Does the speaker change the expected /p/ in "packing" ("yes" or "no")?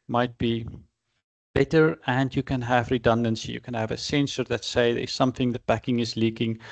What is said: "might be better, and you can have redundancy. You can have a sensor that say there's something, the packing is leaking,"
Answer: yes